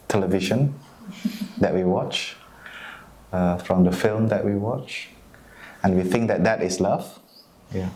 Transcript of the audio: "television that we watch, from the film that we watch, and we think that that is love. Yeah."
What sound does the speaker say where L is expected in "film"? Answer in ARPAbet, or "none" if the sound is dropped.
L